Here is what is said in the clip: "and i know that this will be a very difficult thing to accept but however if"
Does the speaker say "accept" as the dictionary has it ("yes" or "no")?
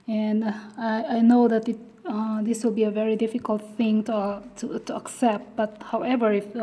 yes